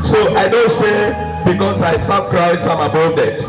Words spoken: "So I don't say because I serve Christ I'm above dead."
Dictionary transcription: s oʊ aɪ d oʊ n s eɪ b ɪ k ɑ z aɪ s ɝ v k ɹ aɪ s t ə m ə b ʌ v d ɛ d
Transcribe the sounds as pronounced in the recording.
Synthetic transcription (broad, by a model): s oʊ aɪ d oʊ n s eɪ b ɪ k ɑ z aɪ s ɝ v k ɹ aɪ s ə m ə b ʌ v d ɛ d